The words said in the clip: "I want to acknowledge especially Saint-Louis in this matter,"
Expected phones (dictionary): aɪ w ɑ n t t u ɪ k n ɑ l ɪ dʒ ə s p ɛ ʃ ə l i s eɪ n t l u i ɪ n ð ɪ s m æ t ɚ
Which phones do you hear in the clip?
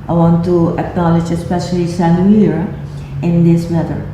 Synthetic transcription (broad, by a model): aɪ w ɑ n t t u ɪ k n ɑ l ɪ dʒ ə s p ɛ ʃ ə l i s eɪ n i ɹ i ɪ n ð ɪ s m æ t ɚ